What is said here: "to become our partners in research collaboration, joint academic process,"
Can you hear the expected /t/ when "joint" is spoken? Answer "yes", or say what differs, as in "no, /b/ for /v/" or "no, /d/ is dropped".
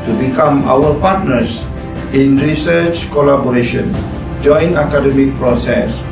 no, /t/ is dropped